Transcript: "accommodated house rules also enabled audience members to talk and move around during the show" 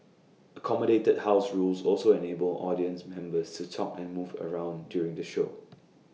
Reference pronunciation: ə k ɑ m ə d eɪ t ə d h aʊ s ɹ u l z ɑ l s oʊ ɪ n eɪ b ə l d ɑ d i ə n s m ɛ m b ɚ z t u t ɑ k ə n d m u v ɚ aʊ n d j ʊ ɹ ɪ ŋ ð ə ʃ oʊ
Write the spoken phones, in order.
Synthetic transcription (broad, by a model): ə k ɑ m ə d eɪ t ə d h aʊ s ɹ u l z ɑ l s oʊ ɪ n eɪ b ə l ɑ d i ə n s m ɛ m b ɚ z t u t ɑ k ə n m u v ɚ aʊ n d j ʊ ɹ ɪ ŋ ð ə ʃ oʊ